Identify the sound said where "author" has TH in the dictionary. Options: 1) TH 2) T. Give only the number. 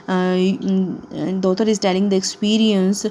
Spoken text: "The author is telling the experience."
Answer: 2